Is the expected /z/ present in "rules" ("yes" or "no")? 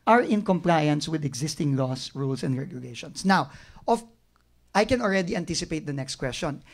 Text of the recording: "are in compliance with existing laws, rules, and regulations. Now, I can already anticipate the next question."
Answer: no